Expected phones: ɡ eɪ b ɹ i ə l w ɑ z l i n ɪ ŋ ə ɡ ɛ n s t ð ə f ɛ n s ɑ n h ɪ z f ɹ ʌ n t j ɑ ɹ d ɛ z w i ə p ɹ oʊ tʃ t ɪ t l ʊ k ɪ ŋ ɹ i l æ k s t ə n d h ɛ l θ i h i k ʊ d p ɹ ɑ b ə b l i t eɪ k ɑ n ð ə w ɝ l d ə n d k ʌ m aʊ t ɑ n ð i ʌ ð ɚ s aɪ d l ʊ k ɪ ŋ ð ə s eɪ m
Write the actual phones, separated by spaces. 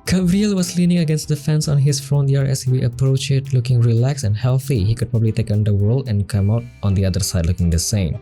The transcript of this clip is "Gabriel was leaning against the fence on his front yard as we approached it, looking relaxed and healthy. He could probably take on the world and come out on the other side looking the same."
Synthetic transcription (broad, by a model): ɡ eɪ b ɹ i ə l w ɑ s l i n ɪ ŋ ə ɡ ɛ n s t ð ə f ɛ n s ɑ n h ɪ s f ɹ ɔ n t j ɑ ɹ ɛ s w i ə p ɹ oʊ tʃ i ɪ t l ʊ k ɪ ŋ ɹ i l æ k s ə n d h ɛ l θ i h i k ʊ d p ɹ ɑ b ə b l i t eɪ k ɑ n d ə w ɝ l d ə n k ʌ m aʊ t ɑ n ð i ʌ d ɚ s aɪ d l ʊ k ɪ ŋ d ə s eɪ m